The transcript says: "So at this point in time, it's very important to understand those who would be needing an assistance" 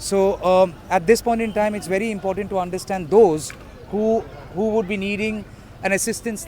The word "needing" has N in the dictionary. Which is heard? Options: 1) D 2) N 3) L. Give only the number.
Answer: 2